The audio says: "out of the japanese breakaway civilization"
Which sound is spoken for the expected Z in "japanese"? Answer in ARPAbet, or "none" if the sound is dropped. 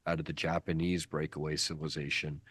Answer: Z